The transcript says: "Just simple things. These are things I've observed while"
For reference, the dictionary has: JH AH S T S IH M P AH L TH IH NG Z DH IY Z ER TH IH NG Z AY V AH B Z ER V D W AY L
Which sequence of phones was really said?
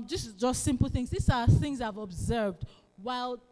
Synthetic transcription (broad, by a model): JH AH S T S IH M P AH L TH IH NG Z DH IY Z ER TH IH NG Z AY V AH B Z ER V D W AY L